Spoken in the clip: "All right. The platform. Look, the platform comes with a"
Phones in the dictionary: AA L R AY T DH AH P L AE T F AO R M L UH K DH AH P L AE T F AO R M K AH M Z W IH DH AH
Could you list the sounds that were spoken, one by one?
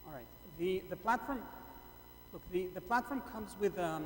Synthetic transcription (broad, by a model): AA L R AY T DH AH P L AE T F AO R M L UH K DH AH P L AE T F AO R M K AH M Z W IH DH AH